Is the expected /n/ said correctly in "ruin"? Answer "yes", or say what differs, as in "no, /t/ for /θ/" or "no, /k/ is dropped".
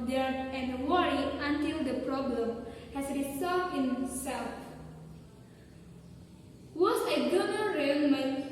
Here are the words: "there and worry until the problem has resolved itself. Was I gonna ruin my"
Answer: no, /l/ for /n/